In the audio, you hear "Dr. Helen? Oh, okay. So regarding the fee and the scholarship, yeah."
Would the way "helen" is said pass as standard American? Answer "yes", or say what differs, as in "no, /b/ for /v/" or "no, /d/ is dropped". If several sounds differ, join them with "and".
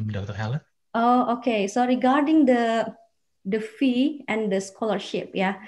no, /n/ is dropped